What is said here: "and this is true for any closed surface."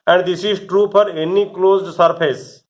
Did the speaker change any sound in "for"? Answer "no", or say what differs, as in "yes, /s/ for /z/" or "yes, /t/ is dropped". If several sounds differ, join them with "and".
yes, /p/ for /f/